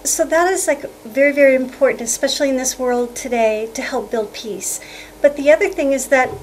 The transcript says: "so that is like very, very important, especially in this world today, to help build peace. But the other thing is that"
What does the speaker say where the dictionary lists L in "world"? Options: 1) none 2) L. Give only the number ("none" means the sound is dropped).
2